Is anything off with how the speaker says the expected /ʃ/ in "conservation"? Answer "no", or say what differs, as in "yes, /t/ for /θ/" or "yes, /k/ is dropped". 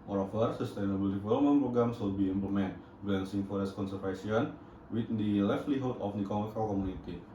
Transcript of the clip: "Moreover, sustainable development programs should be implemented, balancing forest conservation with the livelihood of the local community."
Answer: yes, /s/ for /ʃ/